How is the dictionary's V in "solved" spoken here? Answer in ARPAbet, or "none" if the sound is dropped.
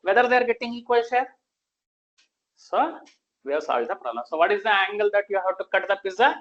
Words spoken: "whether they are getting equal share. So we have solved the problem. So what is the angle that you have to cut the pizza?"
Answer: none